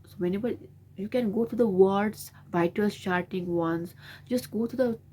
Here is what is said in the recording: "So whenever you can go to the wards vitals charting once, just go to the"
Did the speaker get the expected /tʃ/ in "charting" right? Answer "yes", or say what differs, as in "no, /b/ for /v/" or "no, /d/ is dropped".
no, /ʃ/ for /tʃ/